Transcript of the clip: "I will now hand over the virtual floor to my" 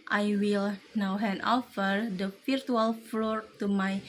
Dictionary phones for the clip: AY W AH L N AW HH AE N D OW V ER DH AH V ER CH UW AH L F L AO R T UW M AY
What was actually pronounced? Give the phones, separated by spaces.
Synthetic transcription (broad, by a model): AY W AH L N AW HH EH N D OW F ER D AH F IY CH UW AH L F L AO R T UW M AY